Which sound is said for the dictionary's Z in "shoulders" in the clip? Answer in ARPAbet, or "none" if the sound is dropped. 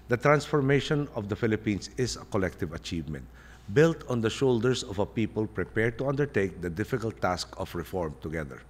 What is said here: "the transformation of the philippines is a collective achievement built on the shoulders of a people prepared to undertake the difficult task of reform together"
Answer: S